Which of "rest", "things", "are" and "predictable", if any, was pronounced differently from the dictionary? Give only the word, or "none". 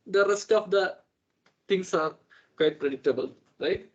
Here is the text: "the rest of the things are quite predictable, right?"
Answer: things